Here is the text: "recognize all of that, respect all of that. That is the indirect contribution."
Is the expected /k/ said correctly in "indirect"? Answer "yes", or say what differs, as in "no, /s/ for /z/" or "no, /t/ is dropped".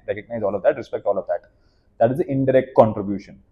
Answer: yes